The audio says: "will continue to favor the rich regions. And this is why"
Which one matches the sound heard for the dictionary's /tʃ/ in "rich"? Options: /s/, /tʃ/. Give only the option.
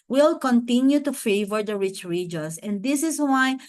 /tʃ/